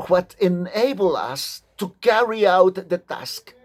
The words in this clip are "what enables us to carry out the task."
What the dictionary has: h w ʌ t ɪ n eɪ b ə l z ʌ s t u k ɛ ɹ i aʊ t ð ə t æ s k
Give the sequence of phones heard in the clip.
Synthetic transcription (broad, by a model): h w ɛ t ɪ n eɪ b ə l ʌ s t u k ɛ ɹ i aʊ t ð ə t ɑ s k